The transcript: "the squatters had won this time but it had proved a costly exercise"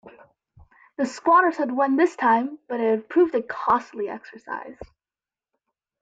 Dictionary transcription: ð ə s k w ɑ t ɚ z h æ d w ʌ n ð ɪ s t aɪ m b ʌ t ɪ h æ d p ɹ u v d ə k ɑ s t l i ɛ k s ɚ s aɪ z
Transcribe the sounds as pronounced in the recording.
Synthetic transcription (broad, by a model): ð ə s k w ɑ t ɚ z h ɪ d w ʌ n ð ɪ s t aɪ m b ʌ t ɪ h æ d p ɹ u v d ə k ɑ s t l i ɛ k s ɚ s aɪ z